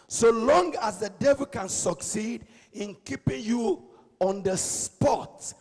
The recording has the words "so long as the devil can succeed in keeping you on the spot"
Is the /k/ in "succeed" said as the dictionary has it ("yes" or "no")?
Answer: yes